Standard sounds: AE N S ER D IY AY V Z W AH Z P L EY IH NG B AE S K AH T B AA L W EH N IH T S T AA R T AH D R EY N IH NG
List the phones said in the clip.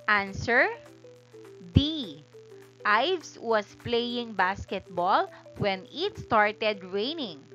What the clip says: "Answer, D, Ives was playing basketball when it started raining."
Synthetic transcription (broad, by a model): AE N S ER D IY AY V S W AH S P L EY IH NG B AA S K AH T B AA L W EH N IH T S T AA R T AH D R EY N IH NG